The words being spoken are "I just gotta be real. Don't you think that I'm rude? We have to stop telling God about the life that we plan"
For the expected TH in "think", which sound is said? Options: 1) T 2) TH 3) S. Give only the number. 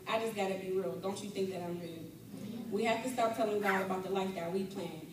2